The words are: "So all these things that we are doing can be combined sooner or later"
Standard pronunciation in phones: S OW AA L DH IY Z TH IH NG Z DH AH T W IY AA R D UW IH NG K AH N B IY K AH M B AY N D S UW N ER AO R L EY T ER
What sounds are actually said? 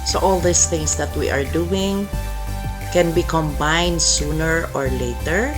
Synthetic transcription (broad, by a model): S OW AA L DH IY S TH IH NG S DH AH T W IY AA R D UW IH NG K AH N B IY K AH M B AY N D S UW N ER AO R L EY T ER